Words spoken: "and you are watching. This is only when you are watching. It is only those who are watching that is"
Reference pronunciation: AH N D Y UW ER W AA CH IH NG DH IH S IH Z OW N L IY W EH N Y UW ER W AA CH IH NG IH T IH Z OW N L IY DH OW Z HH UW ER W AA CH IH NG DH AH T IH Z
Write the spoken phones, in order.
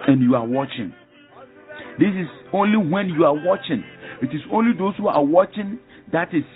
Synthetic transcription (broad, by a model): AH N Y UW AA W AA CH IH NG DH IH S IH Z OW N L IY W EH N Y UW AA W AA CH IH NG IH T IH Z OW N L IY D OW S HH UW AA W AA CH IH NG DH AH T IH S